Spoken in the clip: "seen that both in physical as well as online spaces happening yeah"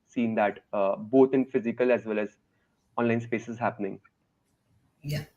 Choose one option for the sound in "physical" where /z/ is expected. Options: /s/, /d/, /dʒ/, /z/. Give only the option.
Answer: /z/